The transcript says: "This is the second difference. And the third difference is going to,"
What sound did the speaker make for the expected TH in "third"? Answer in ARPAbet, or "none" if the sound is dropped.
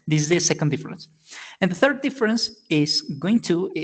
TH